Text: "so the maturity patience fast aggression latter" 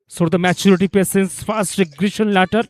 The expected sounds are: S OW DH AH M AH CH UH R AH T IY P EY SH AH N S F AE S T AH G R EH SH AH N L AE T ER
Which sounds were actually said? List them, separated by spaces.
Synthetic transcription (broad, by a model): S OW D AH M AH CH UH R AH T IY P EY S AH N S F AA S T G R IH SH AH N L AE T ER